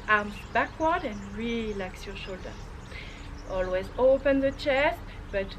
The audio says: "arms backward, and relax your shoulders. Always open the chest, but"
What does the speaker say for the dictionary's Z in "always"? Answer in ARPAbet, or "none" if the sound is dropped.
Z